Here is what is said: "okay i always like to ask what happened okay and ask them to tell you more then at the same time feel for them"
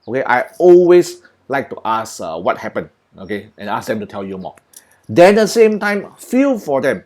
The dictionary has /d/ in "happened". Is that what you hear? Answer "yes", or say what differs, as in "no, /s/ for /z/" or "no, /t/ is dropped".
no, /d/ is dropped